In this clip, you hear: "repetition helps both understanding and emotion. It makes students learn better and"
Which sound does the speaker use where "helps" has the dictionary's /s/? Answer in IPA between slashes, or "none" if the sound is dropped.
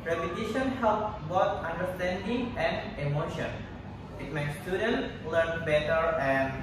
none